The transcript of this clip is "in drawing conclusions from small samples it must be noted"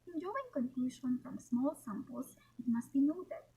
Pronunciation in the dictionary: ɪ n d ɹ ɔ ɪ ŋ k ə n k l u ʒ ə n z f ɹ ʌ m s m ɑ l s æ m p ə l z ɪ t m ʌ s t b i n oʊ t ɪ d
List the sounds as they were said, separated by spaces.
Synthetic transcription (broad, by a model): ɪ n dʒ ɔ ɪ ŋ k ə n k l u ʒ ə n f ɹ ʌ m s m ɑ l s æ m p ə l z ɪ t m ʌ s t b i n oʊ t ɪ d